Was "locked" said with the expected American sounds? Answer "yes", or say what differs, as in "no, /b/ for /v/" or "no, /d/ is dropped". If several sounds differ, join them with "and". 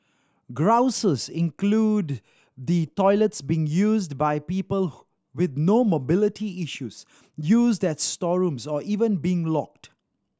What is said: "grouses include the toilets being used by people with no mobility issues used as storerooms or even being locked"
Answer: yes